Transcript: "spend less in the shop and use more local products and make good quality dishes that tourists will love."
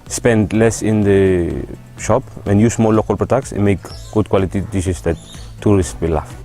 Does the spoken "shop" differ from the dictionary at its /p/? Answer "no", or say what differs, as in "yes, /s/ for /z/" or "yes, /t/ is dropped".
no